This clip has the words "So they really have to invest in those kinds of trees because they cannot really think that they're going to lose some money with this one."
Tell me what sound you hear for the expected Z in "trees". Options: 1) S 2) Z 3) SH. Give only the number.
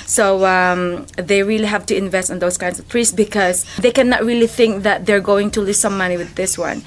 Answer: 1